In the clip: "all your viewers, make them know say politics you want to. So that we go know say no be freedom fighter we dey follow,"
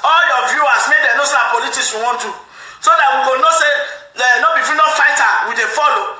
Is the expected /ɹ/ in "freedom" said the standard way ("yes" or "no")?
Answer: no